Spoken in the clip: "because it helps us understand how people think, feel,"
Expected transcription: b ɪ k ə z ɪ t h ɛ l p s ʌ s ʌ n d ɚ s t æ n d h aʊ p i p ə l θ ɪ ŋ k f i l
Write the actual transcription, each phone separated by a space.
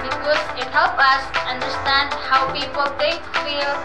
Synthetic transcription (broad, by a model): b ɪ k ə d ɪ t h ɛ l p ʌ s ʌ n d ɚ s t æ n d h aʊ p i p ə l θ ɪ ŋ k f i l